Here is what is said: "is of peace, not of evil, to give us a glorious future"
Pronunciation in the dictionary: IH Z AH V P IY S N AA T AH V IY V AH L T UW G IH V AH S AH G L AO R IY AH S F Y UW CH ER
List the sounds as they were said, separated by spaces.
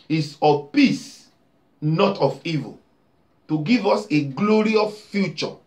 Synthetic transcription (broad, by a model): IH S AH P IY S N AA T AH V IY V AH L T UW G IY V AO S AH G L AO R IY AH F Y UW CH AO